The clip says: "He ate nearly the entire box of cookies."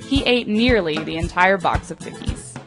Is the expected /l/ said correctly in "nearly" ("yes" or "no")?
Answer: yes